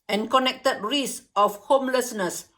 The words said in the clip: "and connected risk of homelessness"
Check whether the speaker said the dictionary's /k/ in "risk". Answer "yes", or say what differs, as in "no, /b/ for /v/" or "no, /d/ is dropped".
no, /k/ is dropped